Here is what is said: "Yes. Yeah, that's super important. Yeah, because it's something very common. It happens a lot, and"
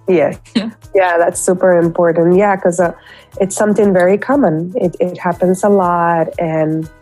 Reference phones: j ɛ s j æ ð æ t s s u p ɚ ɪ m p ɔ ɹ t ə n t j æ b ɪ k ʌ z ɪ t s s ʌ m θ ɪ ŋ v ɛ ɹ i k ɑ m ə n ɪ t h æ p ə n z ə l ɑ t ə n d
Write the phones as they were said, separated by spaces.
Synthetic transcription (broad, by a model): j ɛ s j æ ð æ t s s u p ɚ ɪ m p ɔ ɹ t n t j æ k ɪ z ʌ ɪ t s s ʌ m θ ɪ ŋ v ɛ ɹ i k ɑ m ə n ɪ t h æ p ə n z ə l ɑ t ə n